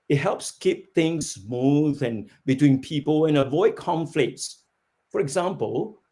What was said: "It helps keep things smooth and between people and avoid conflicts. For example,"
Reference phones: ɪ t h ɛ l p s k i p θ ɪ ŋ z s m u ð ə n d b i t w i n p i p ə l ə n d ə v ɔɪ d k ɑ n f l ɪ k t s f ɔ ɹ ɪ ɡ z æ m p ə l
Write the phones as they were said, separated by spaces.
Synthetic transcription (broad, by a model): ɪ t h ɛ l p s k i p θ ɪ ŋ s m u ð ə n b i t w i n p i p ə l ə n ə v ɔɪ d k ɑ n f l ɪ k t s f ɔ ɹ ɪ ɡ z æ m p ə l